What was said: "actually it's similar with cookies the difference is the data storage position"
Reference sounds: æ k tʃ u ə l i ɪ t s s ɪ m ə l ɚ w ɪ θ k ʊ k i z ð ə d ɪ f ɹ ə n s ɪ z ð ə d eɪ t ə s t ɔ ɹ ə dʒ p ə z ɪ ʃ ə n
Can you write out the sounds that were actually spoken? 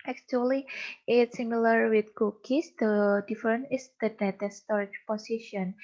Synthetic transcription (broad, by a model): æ k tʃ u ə l i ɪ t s s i m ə l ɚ w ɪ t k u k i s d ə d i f ɹ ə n ɪ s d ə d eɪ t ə s t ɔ ɹ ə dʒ p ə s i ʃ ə n